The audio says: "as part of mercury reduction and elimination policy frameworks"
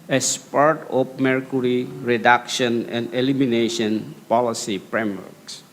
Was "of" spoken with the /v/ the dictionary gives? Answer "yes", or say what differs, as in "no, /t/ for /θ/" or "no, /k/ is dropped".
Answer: no, /p/ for /v/